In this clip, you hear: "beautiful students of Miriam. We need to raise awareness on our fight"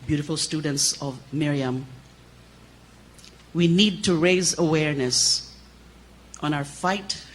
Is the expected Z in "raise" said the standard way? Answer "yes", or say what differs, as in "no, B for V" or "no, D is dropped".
yes